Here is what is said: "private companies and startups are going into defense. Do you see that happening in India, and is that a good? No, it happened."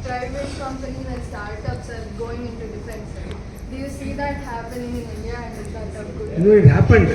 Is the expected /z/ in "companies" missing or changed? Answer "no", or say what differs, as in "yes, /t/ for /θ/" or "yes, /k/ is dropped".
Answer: yes, /z/ is dropped